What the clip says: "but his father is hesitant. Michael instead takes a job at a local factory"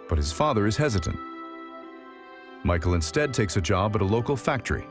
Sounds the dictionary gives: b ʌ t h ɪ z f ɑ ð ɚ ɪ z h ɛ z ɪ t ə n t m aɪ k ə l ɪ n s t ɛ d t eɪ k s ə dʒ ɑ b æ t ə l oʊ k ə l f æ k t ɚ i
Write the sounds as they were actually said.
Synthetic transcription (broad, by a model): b ʌ t h ɪ z f ɑ ð ɚ ɪ z h ɛ z ɪ t ə n t m aɪ k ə l ɪ n s t ɛ d t eɪ k s ə dʒ ɑ b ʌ t ə l oʊ k l f æ k t ɚ i